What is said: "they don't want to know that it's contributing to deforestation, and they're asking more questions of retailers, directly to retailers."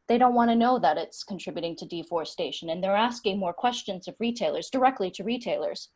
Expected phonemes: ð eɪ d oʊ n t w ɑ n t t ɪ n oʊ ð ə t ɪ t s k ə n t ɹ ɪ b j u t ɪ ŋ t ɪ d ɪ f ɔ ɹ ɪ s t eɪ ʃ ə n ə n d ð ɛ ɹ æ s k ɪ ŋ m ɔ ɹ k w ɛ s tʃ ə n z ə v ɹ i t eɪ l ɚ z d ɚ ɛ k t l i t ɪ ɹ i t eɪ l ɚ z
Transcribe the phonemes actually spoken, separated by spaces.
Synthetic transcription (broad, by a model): ð eɪ d oʊ n t w ɑ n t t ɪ n oʊ ð ə t ɪ t s k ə n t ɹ ɪ b j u t ɪ ŋ t ɪ d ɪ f ɔ ɹ s t eɪ ʃ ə n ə n ð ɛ ɹ æ s k ɪ ŋ m ɔ ɹ k w ɛ s tʃ ə n z ə v ɹ i t eɪ l ɚ z d ɚ ɛ k t l i t ɪ ɹ i t eɪ l ɚ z